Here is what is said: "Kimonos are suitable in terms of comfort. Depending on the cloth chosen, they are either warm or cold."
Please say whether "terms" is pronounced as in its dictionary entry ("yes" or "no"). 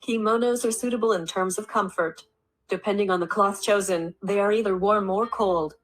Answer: yes